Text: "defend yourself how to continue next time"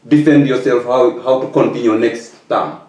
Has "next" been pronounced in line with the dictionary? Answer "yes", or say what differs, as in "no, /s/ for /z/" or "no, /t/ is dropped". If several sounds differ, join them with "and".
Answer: yes